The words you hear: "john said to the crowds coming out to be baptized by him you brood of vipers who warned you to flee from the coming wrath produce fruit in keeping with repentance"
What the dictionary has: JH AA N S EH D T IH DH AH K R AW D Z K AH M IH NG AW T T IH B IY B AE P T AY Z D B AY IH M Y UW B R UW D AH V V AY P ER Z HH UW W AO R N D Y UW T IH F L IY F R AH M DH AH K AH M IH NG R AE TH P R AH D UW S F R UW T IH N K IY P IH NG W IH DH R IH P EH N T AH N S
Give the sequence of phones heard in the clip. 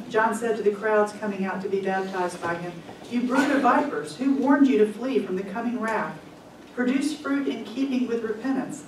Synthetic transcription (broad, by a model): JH AA N S EH D T IH DH AH K R AW D Z K AH M IH NG AW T T IH B IY B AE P T AY Z D B AY IH M Y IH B R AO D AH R V AY P ER Z HH UW W AO R N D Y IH T IH F L IY F R AH M DH AH K AH M IH NG R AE F P R AH D UW S F R UW T IH N K IY P IH NG W IH DH R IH P EH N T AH N S